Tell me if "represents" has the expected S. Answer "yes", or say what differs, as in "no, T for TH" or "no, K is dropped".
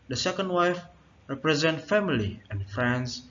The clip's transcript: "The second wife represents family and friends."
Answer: no, S is dropped